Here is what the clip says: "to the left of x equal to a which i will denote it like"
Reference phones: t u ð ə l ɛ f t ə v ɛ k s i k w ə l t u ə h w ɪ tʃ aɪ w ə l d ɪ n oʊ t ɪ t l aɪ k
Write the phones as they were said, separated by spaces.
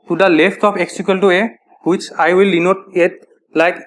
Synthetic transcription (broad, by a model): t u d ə l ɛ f t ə p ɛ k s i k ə l t u ə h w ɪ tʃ aɪ w ə l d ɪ n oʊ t ɪ t l aɪ k